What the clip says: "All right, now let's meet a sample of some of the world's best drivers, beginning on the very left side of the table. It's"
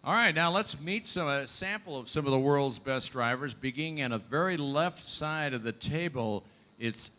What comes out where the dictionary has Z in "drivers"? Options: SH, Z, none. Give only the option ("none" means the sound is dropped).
Z